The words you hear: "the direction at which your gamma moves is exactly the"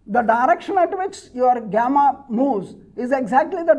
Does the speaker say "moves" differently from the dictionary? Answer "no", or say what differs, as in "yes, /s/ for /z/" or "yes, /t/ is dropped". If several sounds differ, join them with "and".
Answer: yes, /v/ is dropped